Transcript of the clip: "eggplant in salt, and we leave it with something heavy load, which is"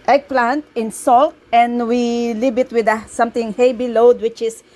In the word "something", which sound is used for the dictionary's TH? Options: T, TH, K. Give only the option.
T